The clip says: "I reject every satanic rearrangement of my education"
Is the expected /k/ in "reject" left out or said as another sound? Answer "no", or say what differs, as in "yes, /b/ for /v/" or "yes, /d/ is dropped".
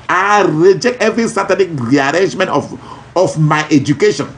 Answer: no